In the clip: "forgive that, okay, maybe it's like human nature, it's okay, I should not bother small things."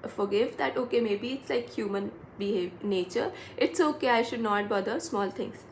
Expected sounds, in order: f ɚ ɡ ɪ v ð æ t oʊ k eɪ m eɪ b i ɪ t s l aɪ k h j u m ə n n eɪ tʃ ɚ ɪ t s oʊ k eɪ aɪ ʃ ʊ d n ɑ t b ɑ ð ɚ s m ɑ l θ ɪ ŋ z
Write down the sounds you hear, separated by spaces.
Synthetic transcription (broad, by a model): f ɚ ɡ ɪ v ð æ t oʊ k eɪ m eɪ b i ɪ t s l aɪ k h j u m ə n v eɪ tʃ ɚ ɪ t s oʊ k eɪ aɪ ʃ ʊ d n ɑ t b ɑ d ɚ s m ɑ l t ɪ ŋ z